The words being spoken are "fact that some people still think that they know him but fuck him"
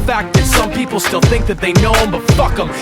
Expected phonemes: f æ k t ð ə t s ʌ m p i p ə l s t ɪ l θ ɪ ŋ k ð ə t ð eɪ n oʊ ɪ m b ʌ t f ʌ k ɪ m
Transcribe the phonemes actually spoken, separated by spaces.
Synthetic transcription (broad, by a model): f æ k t ð ə t s ʌ m p i p l s t ɪ l θ ɪ ŋ k ð ə t ð eɪ n oʊ ɪ m b ʌ t f ʌ k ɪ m